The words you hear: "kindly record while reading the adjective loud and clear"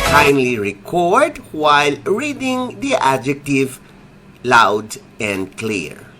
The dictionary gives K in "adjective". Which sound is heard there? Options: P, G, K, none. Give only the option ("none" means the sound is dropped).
K